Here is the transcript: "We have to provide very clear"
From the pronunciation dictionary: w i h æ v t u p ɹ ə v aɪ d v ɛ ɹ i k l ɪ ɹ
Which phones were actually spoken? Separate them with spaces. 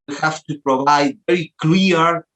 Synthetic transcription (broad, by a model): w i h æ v t u p ɹ ə v aɪ d v ɛ ɹ i k l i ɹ